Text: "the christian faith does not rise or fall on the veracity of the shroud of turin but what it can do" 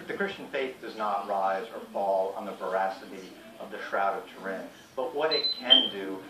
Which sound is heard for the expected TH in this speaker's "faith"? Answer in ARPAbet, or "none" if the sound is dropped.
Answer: TH